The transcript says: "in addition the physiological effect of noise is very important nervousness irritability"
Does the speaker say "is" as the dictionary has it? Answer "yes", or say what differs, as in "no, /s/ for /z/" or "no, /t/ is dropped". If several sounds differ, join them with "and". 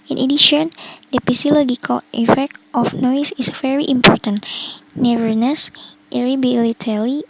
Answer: no, /s/ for /z/